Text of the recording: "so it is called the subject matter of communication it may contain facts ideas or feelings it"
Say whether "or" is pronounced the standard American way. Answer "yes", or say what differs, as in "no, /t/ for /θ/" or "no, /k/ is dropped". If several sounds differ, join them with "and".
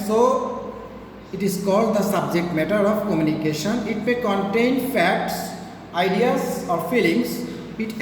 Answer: yes